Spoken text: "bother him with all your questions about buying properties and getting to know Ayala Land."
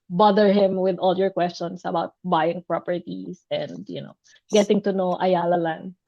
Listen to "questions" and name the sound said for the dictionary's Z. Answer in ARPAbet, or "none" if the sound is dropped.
S